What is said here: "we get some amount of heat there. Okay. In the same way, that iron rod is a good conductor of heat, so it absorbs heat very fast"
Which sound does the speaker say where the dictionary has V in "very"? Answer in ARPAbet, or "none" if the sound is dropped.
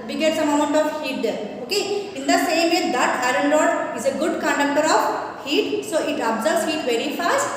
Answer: V